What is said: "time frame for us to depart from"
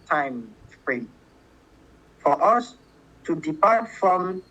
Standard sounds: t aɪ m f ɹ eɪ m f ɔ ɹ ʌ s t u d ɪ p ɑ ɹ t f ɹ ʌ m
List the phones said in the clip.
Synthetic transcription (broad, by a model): t aɪ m p ɹ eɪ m f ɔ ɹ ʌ s t u d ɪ p ɑ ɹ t f ɹ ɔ m